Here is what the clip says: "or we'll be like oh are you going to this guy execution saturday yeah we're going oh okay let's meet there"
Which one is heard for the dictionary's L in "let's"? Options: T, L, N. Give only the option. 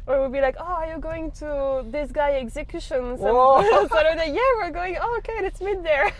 N